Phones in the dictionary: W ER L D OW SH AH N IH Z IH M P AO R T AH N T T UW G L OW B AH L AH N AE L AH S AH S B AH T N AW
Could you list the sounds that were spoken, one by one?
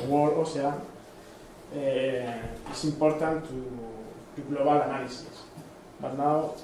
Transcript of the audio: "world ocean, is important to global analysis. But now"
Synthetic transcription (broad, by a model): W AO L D OW S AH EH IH S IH M P AO R T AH N T T UW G L OW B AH L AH N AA L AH S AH S B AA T N AW